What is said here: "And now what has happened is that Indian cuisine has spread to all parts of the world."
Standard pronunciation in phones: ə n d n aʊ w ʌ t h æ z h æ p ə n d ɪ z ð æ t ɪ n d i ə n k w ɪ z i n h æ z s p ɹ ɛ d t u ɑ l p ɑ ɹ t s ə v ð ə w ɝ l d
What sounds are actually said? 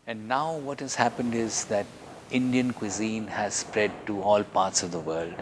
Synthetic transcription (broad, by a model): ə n d n aʊ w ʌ t h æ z h æ p ə n d ɪ z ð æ t ɪ n d i ə n k w ɪ z i n h æ z s p ɹ ɛ d t u ɑ l p ɑ ɹ t s ə v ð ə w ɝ l d